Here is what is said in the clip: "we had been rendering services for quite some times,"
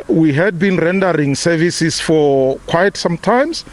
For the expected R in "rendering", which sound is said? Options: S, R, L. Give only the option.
R